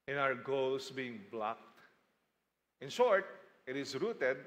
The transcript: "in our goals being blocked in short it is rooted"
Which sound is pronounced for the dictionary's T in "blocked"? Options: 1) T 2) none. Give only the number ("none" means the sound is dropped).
1